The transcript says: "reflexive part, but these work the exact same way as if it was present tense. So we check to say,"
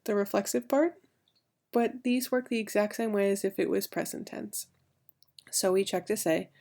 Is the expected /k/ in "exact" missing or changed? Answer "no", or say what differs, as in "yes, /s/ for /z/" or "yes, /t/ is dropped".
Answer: no